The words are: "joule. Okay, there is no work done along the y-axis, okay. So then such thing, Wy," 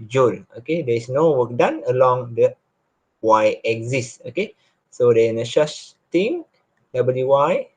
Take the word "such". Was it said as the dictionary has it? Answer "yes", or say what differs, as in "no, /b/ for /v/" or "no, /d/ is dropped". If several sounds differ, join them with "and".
no, /ʃ/ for /s/